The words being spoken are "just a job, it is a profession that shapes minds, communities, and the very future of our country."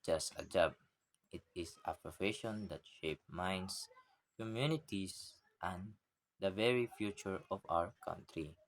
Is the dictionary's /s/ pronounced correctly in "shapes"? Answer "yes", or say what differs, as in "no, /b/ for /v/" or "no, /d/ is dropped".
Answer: no, /s/ is dropped